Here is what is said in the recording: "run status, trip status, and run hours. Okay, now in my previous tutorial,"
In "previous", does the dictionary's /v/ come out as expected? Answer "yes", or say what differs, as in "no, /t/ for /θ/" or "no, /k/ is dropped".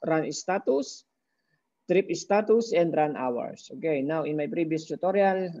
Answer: no, /b/ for /v/